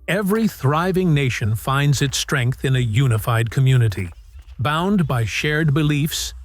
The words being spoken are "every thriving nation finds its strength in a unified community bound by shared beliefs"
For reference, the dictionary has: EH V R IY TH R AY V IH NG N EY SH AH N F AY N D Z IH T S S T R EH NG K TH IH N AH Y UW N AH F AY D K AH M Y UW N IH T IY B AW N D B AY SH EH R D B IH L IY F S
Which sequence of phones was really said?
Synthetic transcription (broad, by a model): EH V R IY TH R AY V IH NG N EY SH AH N F AY N D Z IH T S S T R EH NG K TH IH N AH Y UW N AH F AY D K AH M Y UW N IH T IY B AW N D B AY SH EH R D B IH L IY F S